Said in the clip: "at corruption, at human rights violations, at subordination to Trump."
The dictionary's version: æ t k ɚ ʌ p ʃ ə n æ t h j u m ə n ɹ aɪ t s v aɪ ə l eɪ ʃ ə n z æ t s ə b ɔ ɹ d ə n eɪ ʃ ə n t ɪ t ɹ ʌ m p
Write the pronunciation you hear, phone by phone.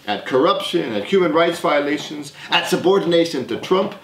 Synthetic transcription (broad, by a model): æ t k ɚ ʌ p ʃ ə n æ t h j u m ə n ɹ aɪ t s v aɪ ə l eɪ ʃ ə n z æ t s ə b ɔ ɹ d n eɪ ʃ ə n t ɪ t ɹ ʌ m p